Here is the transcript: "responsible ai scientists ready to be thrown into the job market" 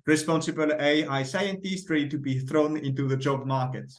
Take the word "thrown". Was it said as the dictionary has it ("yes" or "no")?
yes